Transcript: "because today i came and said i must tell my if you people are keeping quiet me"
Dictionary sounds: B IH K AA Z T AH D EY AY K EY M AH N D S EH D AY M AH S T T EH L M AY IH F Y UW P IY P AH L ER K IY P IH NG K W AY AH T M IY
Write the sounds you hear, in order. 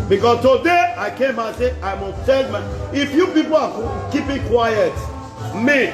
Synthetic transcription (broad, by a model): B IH K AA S T AH D EY AY K EY M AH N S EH AY M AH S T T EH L M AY IH F Y UW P IY P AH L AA K IY P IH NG K W AY AH T M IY